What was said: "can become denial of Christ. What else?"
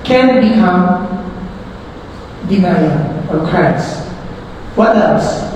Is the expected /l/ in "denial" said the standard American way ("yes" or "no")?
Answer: no